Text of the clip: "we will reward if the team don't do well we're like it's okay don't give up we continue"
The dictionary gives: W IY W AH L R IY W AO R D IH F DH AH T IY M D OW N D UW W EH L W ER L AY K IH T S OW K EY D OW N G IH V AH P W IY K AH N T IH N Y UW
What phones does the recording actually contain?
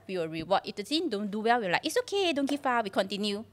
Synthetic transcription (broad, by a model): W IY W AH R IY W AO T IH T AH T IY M D OW N D UW W EH L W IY L AY K IH T S OW K EY D OW N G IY F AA W IY K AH N T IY N Y UW